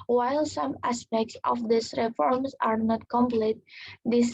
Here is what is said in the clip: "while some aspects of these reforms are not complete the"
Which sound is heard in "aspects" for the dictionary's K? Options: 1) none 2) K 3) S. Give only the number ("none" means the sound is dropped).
2